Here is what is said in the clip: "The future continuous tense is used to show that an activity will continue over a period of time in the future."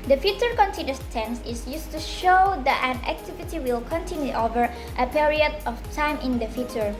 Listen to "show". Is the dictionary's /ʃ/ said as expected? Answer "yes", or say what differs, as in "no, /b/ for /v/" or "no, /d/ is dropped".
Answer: yes